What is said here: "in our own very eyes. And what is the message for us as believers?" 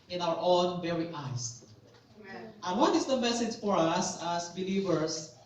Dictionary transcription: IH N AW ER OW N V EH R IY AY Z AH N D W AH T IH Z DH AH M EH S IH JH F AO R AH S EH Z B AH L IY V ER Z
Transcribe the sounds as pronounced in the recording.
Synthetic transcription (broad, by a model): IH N AW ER OW N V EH R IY AY S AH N W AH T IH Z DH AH M EH S IH JH F AO R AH S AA S B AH L IY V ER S